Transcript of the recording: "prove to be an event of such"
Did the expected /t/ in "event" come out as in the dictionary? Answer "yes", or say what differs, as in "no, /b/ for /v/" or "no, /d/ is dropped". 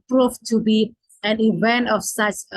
yes